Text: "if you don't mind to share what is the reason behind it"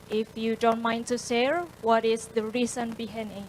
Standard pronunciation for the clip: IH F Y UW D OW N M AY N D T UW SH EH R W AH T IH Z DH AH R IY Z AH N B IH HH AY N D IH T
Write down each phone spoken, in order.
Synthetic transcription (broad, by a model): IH F Y UW D OW N M AY N T UW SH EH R W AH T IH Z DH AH R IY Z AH N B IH HH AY N IH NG